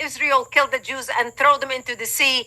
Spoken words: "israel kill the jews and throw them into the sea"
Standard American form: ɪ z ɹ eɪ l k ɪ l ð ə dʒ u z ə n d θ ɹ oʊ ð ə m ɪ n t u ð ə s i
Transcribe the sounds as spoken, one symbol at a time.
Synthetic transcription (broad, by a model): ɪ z ɹ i l k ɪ l ð ə dʒ u z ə n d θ ɹ oʊ ð ə m ɪ n t u ð ə s i